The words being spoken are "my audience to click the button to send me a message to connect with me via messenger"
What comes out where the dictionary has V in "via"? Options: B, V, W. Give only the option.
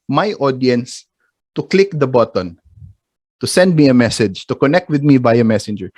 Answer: B